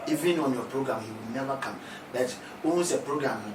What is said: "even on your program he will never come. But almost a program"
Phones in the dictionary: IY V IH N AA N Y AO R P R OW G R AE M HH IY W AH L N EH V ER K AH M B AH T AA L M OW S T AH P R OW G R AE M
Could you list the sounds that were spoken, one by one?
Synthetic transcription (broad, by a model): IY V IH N AA N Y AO P R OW G R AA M HH IY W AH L N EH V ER K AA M B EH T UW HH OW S AH P R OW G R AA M